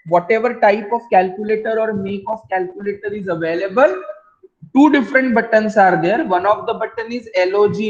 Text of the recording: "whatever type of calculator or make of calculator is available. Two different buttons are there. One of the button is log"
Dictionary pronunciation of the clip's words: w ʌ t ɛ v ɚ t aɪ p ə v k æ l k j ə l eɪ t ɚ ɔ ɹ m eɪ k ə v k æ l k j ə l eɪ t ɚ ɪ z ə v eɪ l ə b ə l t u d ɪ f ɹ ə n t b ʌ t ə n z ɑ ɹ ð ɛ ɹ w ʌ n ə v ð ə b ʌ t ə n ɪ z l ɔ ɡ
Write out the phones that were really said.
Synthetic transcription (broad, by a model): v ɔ t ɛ v ɚ t aɪ p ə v k æ l k j ə l eɪ t ɚ ɔ ɹ m eɪ k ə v k æ l k j ə l eɪ t ɚ ɪ z ə v eɪ l ə b ə l t u d ɪ f ɹ ə n t b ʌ t ə n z ɑ ɹ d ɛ ɹ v ʌ n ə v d ə b ʌ t ə n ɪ z l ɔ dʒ